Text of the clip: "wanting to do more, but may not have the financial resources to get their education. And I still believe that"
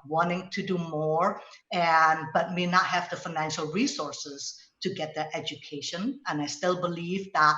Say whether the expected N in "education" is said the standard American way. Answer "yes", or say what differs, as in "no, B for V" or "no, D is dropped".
yes